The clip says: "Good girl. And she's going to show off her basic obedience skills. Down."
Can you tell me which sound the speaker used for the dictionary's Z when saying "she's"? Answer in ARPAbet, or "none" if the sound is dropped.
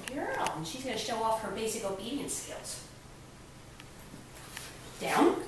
Z